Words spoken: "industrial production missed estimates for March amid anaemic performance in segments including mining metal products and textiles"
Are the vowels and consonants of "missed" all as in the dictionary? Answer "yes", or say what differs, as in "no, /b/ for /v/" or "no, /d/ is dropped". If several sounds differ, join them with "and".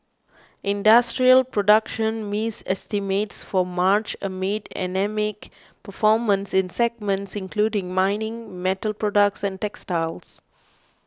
no, /t/ is dropped